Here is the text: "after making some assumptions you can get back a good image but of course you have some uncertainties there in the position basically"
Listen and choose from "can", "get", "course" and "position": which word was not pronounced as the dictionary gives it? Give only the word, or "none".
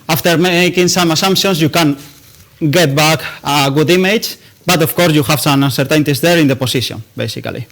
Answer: position